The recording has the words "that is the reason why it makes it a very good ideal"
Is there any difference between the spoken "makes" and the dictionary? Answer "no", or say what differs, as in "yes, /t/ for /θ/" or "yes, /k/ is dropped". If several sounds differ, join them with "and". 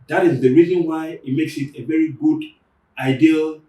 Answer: no